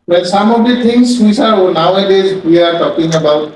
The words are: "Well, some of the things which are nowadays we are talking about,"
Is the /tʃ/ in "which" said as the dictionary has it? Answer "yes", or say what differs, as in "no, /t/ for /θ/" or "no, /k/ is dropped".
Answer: no, /s/ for /tʃ/